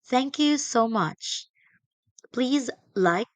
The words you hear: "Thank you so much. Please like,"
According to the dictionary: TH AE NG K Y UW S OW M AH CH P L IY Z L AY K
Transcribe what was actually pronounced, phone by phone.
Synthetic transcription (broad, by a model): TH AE NG K Y UW S OW M AH CH P L IY Z L AY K